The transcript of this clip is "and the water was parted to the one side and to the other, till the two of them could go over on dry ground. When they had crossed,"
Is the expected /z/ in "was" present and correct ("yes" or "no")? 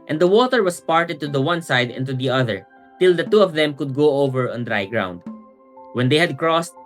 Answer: no